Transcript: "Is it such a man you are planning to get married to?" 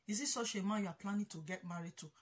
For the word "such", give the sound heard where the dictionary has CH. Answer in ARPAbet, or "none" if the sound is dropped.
SH